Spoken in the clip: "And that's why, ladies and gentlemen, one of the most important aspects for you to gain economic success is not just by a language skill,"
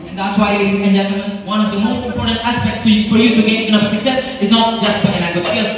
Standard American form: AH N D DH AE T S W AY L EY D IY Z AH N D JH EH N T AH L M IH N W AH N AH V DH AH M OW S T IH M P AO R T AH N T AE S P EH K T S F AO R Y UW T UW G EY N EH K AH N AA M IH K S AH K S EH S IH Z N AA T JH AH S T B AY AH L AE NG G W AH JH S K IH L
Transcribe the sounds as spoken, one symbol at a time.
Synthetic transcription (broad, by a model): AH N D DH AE T S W AY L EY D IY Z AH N JH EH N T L M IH N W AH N AH V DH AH M OW S T IH M P AO R T AH N T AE S P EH K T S F AO R Y UW T UW G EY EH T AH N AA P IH S AH K S EH S IH Z N AA T JH AH S T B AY AH N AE G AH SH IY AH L